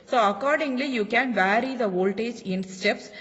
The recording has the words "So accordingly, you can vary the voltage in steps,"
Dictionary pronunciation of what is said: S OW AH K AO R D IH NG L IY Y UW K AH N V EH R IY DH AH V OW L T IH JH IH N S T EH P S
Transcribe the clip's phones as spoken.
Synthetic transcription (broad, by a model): S OW AH K AO R D IH NG L IY Y UW K AH N V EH R IY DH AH V OW L T IH JH IH N S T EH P S